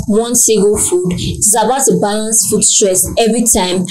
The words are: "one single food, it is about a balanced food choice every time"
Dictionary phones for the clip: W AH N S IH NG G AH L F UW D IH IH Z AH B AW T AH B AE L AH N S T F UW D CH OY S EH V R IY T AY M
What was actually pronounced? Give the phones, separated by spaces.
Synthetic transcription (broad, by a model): W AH N S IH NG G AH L F UW D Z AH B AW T AH B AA L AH N S F UW D S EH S EH V R IY T AY M